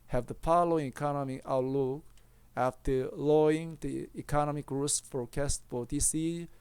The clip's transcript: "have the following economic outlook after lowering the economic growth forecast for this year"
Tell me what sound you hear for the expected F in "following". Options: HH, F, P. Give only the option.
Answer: P